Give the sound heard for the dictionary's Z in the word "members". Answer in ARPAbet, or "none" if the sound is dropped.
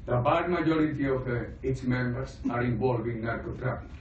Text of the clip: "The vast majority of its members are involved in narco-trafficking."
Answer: S